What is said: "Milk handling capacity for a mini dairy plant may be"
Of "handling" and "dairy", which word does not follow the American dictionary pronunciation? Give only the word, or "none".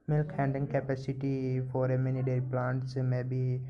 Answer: handling